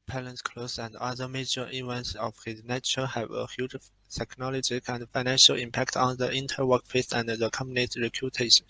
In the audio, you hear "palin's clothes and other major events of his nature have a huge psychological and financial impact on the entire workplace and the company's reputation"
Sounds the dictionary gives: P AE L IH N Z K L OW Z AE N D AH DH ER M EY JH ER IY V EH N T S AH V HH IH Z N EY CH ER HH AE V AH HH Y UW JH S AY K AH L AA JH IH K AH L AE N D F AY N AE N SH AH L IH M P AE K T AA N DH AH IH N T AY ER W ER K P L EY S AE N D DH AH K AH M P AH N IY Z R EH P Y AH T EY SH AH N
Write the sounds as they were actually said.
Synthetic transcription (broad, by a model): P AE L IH N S K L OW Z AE N D AH DH ER M EY JH ER IY V EH N T S AH V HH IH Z N EY CH ER HH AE V AH HH Y UW JH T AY K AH L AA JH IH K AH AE N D F AY N AE N SH AH L IH M P AE K T AA N DH AH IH N T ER W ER K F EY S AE N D DH AH K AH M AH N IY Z R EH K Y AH T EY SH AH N